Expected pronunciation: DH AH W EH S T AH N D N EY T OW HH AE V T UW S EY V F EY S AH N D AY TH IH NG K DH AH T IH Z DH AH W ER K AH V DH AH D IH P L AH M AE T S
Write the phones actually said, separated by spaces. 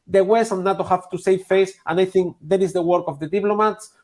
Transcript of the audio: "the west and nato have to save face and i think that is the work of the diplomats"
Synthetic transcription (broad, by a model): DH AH W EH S AH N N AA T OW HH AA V T UW S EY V F EY S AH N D AY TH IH NG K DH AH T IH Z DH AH W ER K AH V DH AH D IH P L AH M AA T S